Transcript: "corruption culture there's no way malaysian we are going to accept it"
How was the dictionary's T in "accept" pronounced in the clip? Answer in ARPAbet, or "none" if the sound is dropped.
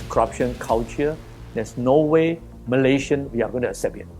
none